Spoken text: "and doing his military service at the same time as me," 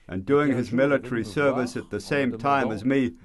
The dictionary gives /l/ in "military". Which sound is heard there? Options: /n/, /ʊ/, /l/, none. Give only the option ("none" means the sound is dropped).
/l/